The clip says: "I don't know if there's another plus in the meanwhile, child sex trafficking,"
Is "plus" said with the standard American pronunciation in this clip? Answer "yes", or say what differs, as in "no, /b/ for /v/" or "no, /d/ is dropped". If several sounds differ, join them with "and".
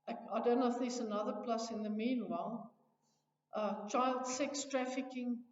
yes